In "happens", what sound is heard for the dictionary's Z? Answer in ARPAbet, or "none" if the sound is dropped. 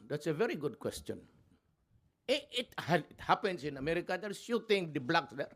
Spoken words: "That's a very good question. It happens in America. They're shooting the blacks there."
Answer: S